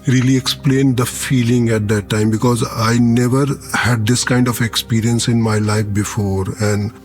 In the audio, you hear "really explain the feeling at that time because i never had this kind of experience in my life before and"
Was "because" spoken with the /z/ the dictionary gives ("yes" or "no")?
yes